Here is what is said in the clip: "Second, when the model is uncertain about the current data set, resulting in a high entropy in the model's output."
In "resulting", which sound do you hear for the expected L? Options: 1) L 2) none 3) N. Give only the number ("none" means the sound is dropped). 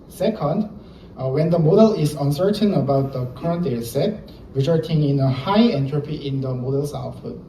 2